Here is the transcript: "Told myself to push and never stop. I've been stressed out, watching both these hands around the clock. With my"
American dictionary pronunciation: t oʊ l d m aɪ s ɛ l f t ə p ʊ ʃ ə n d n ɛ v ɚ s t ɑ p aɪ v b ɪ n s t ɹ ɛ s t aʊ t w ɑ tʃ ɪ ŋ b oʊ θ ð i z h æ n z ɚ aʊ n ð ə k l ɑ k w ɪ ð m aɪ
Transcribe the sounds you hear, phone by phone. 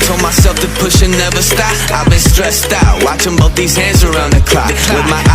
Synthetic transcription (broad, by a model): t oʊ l m aɪ s ɛ l f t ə p ʊ ʃ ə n n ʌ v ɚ s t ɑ aɪ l b ɪ n s t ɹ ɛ s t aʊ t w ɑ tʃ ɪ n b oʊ t ð i z h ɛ z ɚ aʊ n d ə k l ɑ w ɪ ð m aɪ